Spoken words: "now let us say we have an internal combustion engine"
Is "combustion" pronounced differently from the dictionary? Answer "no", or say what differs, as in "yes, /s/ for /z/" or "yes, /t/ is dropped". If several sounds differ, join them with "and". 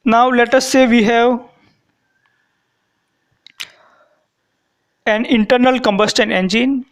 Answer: no